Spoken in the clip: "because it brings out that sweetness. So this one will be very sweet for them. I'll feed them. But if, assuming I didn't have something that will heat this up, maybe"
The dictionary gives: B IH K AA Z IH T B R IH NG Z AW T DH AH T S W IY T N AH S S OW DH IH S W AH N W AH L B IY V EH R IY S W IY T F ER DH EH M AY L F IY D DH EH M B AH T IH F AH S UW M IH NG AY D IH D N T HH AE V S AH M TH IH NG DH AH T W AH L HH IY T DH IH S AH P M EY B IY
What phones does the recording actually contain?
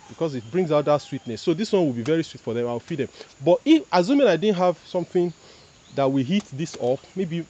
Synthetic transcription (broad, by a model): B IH K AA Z IH T B R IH NG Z AW T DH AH T S W IY T N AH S S OW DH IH S W AH N W AH L B IY V EH R IY S W IY T F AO DH EH M AY W F IY D DH EH M B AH T IH F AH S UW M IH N AY D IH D N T HH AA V S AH M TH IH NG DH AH T W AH HH IY T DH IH S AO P M EY B IY